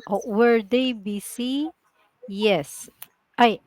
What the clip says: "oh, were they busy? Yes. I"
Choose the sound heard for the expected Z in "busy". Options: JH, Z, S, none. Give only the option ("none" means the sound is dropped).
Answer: S